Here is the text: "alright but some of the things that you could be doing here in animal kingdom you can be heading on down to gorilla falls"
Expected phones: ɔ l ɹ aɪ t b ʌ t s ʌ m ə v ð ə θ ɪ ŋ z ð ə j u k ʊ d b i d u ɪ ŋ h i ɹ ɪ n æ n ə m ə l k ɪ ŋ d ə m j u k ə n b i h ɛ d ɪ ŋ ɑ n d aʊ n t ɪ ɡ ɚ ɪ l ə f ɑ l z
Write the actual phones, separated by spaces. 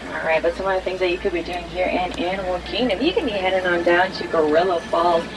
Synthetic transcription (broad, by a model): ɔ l ɹ aɪ t b ʌ t s ʌ m ə v ð ə θ ɪ ŋ z ð ə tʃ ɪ k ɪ d b i d u ɪ ŋ h i ɹ ɪ n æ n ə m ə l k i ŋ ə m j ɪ k ə n b i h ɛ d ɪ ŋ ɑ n d aʊ n t ɪ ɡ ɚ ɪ l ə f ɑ l